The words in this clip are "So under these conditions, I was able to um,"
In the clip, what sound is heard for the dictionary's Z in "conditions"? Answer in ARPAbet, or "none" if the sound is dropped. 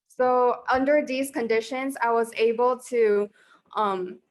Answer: Z